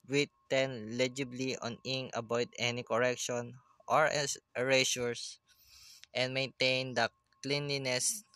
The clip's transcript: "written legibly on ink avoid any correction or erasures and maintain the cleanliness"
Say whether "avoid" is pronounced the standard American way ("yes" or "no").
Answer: no